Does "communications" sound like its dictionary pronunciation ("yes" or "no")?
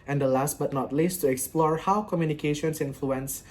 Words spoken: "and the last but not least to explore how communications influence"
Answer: no